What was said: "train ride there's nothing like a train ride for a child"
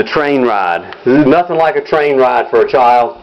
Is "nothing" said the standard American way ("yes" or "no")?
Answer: yes